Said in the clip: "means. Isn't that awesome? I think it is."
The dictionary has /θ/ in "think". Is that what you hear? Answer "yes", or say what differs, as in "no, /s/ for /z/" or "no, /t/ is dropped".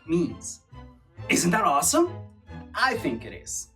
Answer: yes